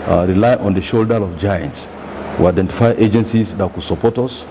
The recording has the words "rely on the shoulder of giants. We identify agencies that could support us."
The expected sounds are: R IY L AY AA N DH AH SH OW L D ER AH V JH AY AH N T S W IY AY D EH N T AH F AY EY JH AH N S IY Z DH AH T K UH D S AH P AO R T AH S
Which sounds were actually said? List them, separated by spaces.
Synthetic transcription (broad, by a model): R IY L AY AA N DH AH SH OW L D ER AH V JH AY AH N T S W IY AY D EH N T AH F AY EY JH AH N S IY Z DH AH T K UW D S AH P AO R T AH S